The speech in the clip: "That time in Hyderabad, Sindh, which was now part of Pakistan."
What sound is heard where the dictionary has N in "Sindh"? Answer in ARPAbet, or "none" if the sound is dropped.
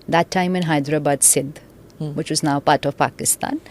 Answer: none